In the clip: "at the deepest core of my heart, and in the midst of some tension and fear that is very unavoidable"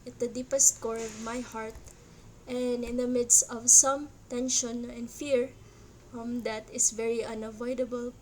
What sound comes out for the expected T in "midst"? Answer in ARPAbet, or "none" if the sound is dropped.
T